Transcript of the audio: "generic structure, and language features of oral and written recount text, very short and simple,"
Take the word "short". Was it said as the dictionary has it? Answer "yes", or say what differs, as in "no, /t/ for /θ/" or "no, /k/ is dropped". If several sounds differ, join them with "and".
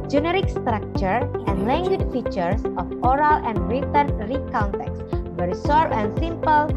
no, /s/ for /ʃ/